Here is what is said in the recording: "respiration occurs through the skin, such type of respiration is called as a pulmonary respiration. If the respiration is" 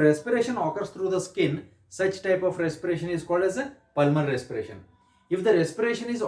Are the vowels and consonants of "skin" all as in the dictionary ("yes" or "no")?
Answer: yes